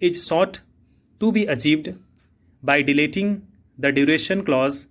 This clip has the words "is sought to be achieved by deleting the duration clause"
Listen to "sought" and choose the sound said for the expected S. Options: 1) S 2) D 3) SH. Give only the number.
1